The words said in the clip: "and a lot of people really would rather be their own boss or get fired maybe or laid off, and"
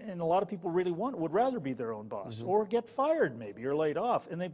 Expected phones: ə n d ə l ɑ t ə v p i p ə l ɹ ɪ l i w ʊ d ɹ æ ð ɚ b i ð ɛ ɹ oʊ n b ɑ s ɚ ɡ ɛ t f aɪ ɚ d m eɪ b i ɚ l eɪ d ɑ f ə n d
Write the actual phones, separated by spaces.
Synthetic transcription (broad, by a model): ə n ə l ɑ t ə v p i p l ɹ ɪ l i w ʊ d ɹ æ ð ɚ b i ð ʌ ɹ oʊ n b ɑ s ɚ ɡ ɛ t f aɪ ɚ d m eɪ b i ɚ l eɪ d ɑ f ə n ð